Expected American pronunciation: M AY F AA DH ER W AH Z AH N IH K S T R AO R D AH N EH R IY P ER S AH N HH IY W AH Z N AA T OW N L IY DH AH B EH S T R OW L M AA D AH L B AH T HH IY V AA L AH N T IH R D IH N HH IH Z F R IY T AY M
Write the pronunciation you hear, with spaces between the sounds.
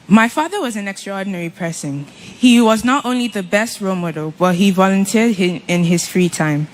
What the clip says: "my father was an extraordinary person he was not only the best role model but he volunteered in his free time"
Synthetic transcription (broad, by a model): M AY F AA DH ER W AH Z AH N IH K S T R AO R D N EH R IY P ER S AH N HH IY W AH Z N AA T OW N L IY DH AH B EH S T R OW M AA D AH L B AH T HH IY V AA L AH N T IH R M IH N IH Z F R IY T AY M